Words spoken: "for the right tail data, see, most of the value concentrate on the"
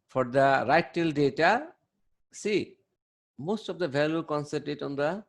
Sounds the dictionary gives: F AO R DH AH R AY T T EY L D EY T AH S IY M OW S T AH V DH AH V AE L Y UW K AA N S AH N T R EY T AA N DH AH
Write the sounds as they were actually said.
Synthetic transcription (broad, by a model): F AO R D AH R AY T T EY L D EY T AH S IY M OW S T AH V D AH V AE L Y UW K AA N S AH T EY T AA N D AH